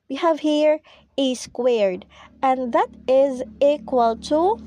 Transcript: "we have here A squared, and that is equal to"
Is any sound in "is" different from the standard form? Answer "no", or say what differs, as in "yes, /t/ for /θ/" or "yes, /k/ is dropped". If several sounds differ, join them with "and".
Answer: no